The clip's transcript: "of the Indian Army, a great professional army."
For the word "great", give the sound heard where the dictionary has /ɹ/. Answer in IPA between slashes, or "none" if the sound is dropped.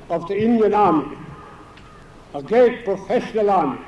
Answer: none